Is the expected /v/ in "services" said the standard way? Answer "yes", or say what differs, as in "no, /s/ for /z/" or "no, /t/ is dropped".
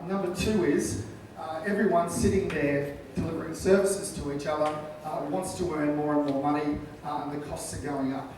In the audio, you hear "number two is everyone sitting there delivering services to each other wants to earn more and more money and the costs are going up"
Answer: yes